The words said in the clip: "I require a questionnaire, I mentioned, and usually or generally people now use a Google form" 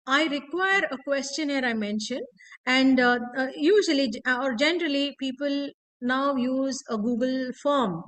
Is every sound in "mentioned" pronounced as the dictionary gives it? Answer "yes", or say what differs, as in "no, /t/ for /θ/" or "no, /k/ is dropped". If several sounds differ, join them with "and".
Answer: yes